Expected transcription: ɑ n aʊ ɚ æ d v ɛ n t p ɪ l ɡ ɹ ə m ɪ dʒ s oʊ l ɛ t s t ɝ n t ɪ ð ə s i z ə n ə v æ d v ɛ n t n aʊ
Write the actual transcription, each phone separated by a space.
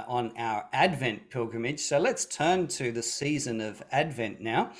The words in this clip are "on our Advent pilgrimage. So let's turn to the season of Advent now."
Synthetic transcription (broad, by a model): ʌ n aʊ ɚ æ d v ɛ n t p ɪ l ɡ ɹ ə m ɪ dʒ s oʊ l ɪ t s t ɝ n t ɪ ð ə s i z ə n ə v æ d v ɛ n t n aʊ